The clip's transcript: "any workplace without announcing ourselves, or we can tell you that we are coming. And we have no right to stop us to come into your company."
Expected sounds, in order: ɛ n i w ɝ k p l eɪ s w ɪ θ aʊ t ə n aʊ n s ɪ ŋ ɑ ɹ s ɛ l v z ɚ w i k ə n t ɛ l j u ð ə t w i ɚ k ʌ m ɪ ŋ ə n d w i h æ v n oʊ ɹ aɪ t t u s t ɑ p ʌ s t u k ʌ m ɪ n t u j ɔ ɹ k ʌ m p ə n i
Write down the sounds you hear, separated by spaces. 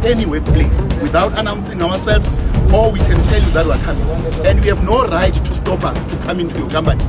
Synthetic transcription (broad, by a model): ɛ n i w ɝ k p l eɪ s w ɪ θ aʊ t ə n aʊ n s ɪ ŋ ɑ w s ɛ l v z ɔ w i k ə n t ɛ l j u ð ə t w i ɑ k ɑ m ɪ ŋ ə n d w i h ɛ v n oʊ ɹ aɪ t t u s t ɑ p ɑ s t u k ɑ m ɪ n t u j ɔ k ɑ m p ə n i